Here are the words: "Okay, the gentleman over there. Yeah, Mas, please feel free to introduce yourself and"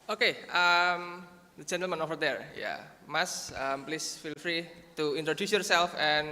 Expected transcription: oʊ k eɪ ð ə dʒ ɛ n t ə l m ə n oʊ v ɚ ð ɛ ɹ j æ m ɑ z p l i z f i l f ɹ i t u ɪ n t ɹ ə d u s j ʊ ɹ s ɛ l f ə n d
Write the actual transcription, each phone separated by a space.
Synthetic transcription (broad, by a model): oʊ k eɪ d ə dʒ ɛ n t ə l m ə n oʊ f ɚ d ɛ ɹ j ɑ m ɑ s p l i s f i l f ɹ i t u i n t ɹ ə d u s j ʊ ɹ s ɛ l f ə n